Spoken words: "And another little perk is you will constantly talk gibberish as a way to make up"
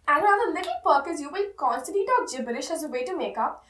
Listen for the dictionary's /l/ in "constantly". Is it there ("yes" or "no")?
no